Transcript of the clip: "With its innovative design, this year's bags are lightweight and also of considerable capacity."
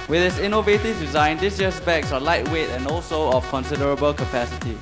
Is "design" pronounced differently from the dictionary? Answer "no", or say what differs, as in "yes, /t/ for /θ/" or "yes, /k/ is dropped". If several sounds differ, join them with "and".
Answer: no